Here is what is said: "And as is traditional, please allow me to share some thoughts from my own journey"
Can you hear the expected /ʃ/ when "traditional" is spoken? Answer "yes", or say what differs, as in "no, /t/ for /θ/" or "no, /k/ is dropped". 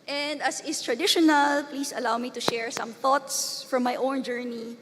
yes